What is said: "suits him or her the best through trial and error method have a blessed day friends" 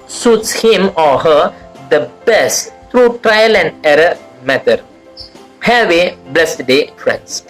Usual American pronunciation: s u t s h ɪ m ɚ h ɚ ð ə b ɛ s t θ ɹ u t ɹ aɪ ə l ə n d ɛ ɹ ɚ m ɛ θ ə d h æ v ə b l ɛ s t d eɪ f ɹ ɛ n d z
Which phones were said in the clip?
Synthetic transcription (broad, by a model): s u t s h ɪ m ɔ h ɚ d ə b ɛ s t t ɹ u t ɹ aɪ ə l ə n d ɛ ɹ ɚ m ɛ t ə d h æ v ə b l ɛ s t d eɪ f ɹ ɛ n d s